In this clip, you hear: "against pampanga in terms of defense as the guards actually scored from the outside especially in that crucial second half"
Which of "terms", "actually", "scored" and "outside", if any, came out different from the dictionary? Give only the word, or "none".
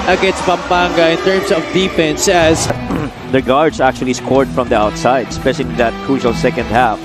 terms